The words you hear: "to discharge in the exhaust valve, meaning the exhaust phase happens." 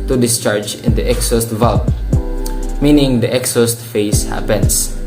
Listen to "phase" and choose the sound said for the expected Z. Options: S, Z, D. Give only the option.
S